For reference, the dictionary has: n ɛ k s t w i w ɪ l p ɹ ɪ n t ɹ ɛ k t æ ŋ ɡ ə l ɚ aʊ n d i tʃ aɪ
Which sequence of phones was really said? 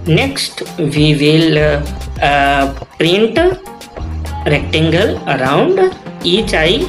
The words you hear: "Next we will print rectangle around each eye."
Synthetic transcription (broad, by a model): n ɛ k s t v i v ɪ l p ɹ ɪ n t ɹ ɛ k t æ ŋ ɡ ə l ɚ aʊ n d i tʃ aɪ